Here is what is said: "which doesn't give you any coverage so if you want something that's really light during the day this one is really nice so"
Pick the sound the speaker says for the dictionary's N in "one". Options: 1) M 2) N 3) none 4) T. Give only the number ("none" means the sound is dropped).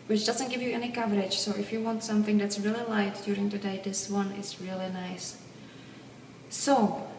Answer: 2